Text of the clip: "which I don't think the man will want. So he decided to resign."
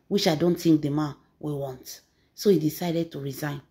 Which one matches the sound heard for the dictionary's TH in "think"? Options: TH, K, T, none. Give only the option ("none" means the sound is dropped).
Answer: T